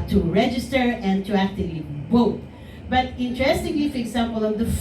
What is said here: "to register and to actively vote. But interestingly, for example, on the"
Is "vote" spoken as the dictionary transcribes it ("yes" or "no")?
no